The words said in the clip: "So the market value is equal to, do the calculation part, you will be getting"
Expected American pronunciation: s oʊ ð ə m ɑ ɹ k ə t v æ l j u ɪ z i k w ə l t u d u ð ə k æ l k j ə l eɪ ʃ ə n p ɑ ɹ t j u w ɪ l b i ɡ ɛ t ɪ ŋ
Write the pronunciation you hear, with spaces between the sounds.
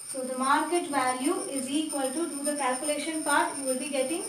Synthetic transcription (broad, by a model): s oʊ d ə m ɑ ɹ k ə t v æ l j u ɪ z i k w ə l t u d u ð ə k æ l k j ə l eɪ ʃ ə n p ɑ ɹ t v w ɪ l b i ɡ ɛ t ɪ ŋ